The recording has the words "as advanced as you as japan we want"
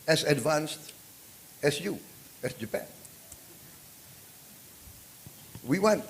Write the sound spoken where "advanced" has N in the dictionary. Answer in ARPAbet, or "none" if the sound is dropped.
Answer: N